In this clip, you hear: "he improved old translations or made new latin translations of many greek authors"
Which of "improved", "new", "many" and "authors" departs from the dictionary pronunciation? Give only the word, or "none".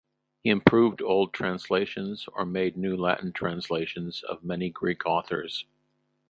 none